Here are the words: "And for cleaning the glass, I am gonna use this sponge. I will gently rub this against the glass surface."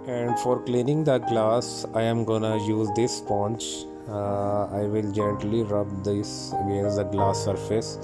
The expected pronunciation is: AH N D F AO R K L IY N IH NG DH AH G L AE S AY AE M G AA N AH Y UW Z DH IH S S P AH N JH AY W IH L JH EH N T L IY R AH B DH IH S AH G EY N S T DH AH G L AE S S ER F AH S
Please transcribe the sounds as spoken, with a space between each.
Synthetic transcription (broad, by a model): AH N D F AO R K L IY N IH NG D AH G L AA S AY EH M G AA N AH Y UW Z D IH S S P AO N CH AY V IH L JH EH N T L IY R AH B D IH S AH G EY N S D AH G L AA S S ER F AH S